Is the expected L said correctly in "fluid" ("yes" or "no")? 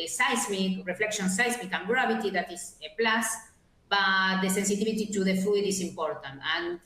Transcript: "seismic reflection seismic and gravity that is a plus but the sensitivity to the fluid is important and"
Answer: no